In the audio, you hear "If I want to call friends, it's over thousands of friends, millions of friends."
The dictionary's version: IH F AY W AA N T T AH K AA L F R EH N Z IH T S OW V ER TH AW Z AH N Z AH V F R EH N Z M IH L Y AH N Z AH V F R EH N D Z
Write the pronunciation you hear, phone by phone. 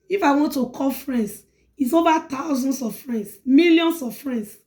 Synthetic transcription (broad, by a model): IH F AY W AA N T T AH K AA L F R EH N S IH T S OW V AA T AW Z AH N S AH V F R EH N S M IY L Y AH N S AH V F R EH N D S